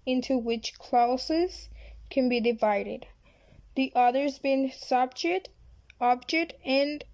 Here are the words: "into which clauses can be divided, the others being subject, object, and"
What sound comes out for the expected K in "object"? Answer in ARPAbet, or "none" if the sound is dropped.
K